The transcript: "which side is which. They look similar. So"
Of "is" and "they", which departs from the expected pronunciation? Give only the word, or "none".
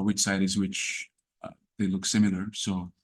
none